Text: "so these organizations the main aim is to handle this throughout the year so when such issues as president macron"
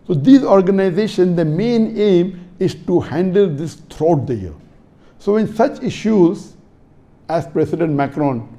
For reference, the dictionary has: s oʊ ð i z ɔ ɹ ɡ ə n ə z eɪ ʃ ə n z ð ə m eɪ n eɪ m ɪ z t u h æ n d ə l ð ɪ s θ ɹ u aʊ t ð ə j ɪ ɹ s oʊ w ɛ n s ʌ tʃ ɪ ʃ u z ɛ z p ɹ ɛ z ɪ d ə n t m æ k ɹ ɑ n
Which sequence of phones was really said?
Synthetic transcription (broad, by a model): s oʊ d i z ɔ ɹ ɡ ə n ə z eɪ ʃ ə n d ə m eɪ n eɪ m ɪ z t u h æ n d ə l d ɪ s t ɹ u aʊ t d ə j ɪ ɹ s oʊ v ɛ n s ʌ tʃ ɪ ʃ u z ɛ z p ɹ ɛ s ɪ d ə n t m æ k ɹ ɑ n